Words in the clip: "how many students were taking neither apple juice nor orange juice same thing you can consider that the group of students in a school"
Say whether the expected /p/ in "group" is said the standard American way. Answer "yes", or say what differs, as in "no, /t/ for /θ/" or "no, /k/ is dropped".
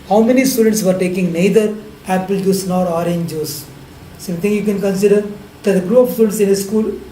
no, /p/ is dropped